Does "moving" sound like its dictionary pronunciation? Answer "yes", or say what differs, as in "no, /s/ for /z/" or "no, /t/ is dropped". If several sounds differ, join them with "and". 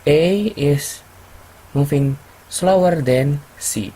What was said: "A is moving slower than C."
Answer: no, /f/ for /v/